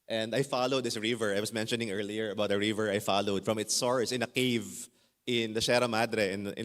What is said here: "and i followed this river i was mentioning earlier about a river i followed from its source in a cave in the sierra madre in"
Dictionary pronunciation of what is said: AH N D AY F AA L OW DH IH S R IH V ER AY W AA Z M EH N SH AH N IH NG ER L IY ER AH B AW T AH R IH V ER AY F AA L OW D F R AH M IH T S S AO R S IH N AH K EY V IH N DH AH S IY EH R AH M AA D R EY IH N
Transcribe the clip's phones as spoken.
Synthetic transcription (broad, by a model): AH N D AY F AA L OW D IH S R IH V ER AY W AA S M EH N SH AH N IH NG ER L IY ER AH B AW T AH R IH V ER AY F AA L OW D F R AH M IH T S S AO R S IH N AH K EY V IH N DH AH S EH R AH M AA D R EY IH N